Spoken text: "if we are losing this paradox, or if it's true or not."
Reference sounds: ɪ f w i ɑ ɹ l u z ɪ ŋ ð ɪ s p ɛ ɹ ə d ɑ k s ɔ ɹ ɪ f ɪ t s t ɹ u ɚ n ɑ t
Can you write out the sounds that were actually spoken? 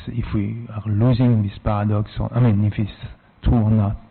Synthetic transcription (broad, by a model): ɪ f w i ɑ ɹ l u z ɪ ŋ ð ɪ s p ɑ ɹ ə d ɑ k s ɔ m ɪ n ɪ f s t u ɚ n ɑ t